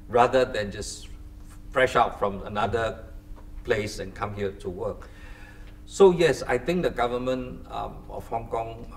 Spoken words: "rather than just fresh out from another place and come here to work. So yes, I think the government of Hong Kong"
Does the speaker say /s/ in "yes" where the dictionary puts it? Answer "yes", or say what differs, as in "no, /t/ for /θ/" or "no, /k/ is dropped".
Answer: yes